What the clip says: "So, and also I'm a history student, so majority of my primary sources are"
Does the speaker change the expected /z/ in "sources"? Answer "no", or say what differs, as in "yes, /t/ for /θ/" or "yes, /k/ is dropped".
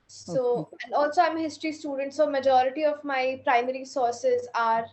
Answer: no